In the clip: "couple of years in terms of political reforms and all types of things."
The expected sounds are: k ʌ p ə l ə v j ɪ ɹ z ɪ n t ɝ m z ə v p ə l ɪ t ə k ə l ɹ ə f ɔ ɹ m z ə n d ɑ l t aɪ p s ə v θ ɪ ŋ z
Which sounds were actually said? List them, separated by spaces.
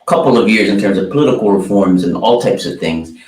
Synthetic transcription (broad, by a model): k ʌ p l ə v j ɪ ɹ z ɪ n t ɝ m z ə v p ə l ɪ t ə k l ɹ ə f ɔ ɹ m z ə n ɑ l t aɪ p s ə v θ ɪ ŋ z